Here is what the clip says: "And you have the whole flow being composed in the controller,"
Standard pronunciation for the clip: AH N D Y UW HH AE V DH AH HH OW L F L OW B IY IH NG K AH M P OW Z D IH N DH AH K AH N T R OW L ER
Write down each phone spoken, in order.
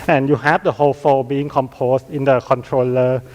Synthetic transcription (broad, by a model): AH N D Y UW HH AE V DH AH HH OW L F OW B IY IH NG K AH M P OW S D IH N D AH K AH N T R OW L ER